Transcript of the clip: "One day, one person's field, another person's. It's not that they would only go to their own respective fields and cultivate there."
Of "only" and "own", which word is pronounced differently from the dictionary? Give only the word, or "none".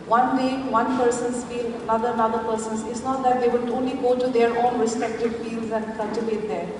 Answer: none